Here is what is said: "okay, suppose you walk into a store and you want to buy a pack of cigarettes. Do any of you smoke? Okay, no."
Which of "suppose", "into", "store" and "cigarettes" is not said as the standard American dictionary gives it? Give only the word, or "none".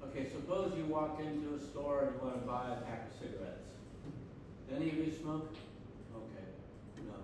none